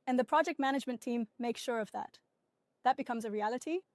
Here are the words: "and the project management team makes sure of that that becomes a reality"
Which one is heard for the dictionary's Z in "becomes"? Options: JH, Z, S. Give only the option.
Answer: Z